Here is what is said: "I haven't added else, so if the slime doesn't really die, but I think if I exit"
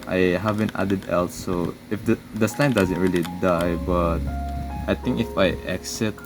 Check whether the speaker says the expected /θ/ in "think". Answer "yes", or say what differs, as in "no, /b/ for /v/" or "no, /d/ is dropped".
no, /t/ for /θ/